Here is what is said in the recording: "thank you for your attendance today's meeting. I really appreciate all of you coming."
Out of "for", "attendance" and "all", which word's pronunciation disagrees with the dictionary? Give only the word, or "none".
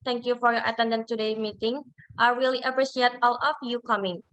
attendance